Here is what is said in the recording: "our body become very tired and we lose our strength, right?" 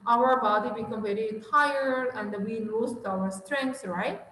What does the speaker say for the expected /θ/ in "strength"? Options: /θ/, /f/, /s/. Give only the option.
/s/